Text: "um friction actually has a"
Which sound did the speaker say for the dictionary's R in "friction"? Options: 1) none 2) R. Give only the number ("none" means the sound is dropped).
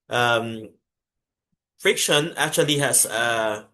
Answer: 2